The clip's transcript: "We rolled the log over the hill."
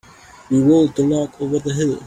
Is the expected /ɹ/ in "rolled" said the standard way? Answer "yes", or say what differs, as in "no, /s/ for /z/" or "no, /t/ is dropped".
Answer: no, /w/ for /ɹ/